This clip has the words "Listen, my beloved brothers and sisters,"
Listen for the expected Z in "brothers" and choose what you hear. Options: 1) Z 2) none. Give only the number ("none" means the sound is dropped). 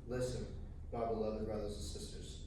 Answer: 1